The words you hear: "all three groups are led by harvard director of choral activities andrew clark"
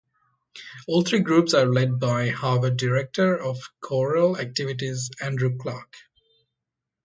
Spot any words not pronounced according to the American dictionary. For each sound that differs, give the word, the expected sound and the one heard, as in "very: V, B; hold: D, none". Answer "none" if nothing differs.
three: TH, T